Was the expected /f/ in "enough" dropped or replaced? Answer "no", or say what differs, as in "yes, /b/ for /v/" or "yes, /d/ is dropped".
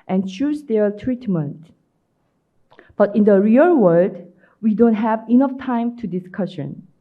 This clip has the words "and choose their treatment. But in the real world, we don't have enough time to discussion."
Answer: no